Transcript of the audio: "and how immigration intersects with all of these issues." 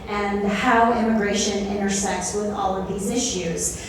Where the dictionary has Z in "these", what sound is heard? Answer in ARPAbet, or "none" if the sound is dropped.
Z